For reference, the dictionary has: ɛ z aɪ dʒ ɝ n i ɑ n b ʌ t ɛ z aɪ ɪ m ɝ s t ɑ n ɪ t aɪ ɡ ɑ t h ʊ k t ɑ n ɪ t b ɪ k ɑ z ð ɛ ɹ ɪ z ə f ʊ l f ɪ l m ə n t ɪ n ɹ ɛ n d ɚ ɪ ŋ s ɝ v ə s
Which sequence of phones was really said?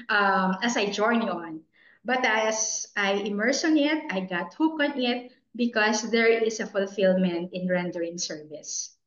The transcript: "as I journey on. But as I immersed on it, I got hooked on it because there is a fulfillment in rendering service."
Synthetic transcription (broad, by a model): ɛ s aɪ dʒ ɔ n ɑ n b ʌ t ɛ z aɪ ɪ m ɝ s ɑ n ɪ t aɪ ɡ ɑ t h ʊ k ɑ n ɪ t b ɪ k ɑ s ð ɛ ɹ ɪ s ə f ʊ l f ɪ l m ə n t ɪ n ɹ ɛ n d ɚ ɪ ŋ s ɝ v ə s